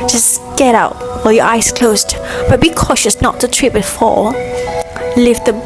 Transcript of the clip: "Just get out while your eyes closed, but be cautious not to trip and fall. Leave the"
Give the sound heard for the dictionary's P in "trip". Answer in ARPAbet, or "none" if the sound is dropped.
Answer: B